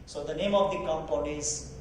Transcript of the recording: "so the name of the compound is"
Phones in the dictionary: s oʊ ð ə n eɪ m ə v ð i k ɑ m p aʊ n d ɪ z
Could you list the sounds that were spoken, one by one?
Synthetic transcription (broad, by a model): s oʊ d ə n eɪ m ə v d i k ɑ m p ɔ d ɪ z